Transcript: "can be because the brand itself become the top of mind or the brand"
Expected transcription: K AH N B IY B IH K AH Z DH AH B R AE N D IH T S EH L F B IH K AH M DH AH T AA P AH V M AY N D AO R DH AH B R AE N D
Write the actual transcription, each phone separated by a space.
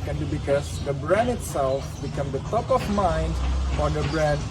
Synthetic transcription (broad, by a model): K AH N B IY B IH K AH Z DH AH B R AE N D IH T S EH L F B IH K AH M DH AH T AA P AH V M AY N D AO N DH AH B R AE N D